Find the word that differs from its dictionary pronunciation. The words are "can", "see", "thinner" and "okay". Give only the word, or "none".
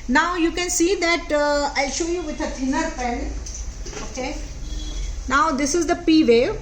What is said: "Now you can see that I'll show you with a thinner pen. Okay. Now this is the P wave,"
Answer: thinner